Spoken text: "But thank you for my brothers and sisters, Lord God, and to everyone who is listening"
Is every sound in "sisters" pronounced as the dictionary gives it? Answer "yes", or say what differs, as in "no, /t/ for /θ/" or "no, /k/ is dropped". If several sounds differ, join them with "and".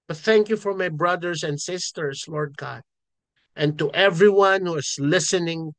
no, /s/ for /z/